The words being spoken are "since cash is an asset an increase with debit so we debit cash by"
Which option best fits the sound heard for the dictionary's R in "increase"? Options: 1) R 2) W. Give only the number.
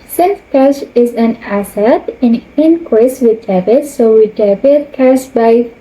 2